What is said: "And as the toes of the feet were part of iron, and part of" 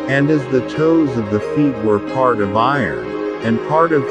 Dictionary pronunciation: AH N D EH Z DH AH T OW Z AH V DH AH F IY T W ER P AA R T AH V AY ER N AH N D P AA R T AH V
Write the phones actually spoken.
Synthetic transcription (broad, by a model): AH N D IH Z DH AH T OW Z AH V DH AH F IY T W ER P AA R T AH V AY ER N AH N P AA R T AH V